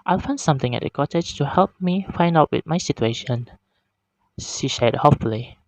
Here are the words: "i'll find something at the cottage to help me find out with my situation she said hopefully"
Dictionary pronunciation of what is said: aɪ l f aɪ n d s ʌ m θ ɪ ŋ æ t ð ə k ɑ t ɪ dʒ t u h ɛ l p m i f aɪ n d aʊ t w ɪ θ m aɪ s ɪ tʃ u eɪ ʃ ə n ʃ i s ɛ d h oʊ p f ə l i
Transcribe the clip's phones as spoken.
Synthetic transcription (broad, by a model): aɪ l f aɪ n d s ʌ m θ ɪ ŋ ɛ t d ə k ɑ t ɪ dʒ t u h ɛ l p m i f aɪ n d aʊ t w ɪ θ m aɪ s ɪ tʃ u eɪ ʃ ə n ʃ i ʃ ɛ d h oʊ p f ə l i